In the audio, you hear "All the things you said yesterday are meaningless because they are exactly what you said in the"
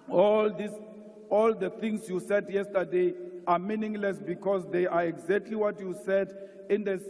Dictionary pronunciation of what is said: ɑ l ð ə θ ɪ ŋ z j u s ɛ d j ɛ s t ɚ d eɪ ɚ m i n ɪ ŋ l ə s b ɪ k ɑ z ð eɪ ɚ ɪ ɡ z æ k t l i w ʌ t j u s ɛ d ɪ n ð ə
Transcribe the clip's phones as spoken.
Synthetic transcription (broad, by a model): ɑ l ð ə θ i ŋ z j u s ɛ d j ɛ s t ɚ d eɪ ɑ m i n ɪ ŋ l ə s b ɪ k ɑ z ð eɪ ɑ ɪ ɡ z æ k t l i w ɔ t j u s ɛ d ɪ n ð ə